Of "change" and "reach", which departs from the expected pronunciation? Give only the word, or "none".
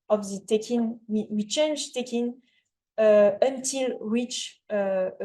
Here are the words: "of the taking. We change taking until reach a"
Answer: reach